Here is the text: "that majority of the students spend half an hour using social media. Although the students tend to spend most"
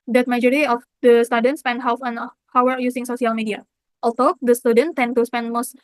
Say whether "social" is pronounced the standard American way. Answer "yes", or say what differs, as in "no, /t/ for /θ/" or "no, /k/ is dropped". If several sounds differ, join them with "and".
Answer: no, /s/ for /ʃ/